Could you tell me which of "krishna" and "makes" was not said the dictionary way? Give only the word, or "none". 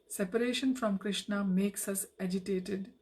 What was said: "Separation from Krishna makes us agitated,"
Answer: none